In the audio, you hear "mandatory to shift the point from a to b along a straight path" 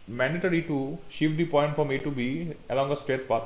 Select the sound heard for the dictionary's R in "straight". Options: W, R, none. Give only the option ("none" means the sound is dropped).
none